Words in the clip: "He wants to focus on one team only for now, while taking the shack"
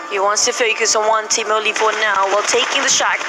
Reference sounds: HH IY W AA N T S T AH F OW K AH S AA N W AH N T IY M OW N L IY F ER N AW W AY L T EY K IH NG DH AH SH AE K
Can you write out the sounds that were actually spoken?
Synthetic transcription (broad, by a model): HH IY W AA N T S T AH F OW K AH S AA N W AH N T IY M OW L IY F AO N AW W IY L T EY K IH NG DH AH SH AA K